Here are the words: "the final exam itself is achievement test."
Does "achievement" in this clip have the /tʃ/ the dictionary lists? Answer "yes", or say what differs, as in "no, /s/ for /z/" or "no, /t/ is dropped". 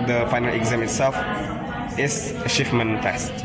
no, /ʃ/ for /tʃ/